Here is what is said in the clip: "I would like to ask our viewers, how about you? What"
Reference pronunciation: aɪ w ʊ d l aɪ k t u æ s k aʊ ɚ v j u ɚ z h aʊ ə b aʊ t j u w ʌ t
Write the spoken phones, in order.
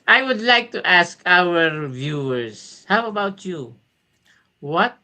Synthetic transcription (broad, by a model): aɪ w ʊ d l aɪ k t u æ s k aʊ ɚ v j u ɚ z h aʊ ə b aʊ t j u w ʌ t